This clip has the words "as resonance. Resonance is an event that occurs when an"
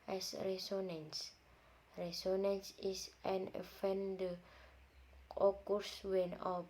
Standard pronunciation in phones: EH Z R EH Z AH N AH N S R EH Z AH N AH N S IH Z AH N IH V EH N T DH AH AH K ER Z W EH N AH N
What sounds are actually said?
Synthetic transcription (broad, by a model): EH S R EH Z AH N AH N S R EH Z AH N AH N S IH S AH N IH F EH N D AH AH K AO S W EH N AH